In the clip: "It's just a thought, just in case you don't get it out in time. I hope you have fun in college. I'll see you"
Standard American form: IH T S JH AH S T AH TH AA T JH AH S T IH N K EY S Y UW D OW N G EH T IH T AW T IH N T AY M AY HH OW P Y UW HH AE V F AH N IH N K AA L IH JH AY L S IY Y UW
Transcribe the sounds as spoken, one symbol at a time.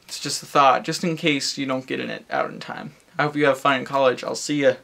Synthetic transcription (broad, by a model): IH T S JH AH S T AH TH AA T JH AH S T IH N K EY S Y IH D OW N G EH T IH T AW T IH N T AY M AY HH OW P Y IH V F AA IH N K AA L IH JH AY L S IY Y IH